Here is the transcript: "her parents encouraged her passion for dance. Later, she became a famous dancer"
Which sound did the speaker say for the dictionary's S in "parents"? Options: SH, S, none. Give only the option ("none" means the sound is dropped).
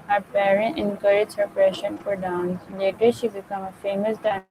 none